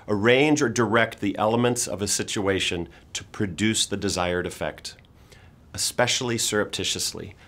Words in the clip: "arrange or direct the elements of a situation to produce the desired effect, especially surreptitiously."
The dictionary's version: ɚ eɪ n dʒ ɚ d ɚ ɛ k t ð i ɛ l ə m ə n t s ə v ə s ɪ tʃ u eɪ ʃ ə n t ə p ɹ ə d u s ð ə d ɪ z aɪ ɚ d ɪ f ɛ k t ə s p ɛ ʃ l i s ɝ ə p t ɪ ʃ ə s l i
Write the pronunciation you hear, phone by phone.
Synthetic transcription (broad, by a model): ɚ eɪ n dʒ ɚ d ɚ ɛ k t ð i ɛ l ə m ə n t s ə v ə s ɪ tʃ u eɪ ʃ ə n t ə p ɹ ə d u s ð ə d ɪ z aɪ ɚ d ɪ f ɛ k t ə s p ɛ ʃ l i s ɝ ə p t ɪ ʃ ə s l i